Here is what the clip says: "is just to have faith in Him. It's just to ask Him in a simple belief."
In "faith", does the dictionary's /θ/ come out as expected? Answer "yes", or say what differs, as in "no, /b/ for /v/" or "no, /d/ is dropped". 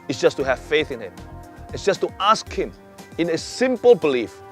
yes